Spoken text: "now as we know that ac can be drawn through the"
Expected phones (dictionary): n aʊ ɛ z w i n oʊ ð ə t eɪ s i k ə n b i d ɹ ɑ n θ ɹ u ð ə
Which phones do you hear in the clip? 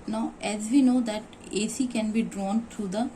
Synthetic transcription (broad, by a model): n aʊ ɛ z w i n oʊ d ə t eɪ s i k ə n b i d ɹ ɑ n t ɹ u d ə